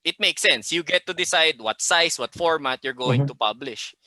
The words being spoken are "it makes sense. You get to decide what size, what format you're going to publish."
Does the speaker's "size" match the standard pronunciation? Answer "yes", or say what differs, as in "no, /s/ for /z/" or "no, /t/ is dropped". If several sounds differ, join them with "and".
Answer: no, /s/ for /z/